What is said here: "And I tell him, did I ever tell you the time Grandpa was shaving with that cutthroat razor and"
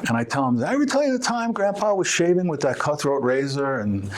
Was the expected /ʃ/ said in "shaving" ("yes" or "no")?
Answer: yes